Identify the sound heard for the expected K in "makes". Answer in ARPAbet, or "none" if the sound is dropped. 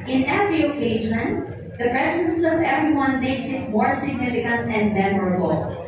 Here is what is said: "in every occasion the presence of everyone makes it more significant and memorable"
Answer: none